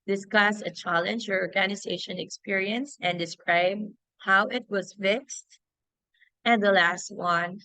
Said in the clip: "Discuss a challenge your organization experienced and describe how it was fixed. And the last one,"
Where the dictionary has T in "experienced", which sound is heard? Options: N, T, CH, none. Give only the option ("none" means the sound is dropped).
none